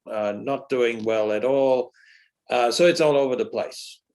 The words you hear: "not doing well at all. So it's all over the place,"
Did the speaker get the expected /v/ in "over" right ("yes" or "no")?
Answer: yes